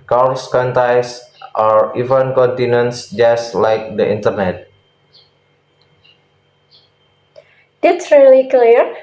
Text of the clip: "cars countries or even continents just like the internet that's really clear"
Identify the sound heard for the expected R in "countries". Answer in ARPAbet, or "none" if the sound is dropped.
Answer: none